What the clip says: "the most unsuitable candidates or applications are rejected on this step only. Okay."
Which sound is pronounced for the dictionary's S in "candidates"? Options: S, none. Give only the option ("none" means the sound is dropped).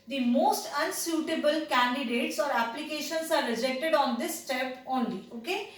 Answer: S